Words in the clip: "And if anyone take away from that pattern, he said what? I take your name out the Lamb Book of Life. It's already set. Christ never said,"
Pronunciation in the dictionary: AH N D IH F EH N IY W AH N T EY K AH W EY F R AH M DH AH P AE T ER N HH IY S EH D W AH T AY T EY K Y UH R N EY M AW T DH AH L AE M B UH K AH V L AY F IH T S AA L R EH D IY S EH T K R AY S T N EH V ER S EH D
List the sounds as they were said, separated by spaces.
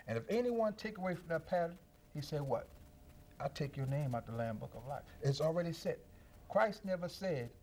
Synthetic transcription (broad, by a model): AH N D IH F EH N IY W AH N T EY K AH W EY F R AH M DH AH P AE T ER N HH IY S EH D W AH T AY T EY K Y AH R N EY M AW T DH AH L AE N B UH K AH V L AY F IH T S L R EH D IY S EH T K R AY S T N EH V ER S EH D